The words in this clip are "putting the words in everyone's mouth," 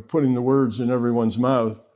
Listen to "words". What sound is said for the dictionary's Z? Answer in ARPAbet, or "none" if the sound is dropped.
Z